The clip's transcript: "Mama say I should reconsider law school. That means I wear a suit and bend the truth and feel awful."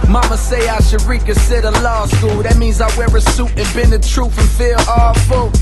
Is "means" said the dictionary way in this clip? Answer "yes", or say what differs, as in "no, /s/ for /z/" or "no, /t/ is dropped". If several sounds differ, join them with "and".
yes